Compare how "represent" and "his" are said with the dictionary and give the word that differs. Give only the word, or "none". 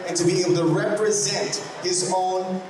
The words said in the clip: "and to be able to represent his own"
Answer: none